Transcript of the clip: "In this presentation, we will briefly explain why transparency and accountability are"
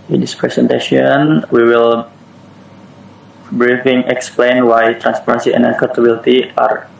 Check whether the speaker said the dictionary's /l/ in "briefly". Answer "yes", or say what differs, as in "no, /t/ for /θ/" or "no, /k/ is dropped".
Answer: no, /l/ is dropped